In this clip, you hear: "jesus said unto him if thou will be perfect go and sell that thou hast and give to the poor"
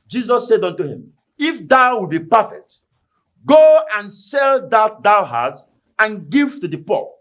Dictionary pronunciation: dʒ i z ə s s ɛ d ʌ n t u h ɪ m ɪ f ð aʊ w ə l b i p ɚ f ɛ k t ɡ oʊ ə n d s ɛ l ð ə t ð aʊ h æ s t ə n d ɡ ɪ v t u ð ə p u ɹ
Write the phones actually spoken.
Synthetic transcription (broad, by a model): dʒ i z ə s s ɛ d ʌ n t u h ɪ m ɪ f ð aʊ w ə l b i p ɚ f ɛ k t ɡ oʊ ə n s ɛ l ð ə t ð aʊ h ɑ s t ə n ɡ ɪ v t u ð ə p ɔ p